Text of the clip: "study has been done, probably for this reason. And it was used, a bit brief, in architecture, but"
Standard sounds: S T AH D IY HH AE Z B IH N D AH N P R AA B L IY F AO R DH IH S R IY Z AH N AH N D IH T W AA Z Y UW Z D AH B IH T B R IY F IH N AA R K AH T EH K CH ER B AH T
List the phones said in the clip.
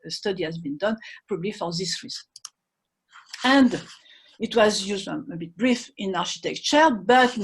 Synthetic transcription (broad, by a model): S T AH D IY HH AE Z B IH N D AH N P R AA B L IY F AO R DH IH S R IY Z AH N AH N D IH T W AA Z Y UW Z D AH B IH T B R IY F IH N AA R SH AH T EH K CH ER B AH T